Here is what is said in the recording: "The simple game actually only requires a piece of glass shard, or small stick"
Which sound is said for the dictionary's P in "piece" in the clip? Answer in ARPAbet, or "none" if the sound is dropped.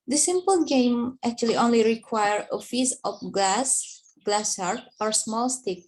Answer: F